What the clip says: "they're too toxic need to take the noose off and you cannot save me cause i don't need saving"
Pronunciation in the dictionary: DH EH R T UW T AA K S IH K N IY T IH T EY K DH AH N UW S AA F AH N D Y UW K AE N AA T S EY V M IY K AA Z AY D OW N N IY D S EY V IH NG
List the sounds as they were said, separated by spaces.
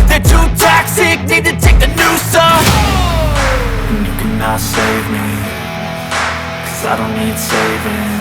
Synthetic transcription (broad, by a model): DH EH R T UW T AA K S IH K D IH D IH T EY K DH AH N UW S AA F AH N Y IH K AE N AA T S EY V M IY K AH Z AY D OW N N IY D S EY V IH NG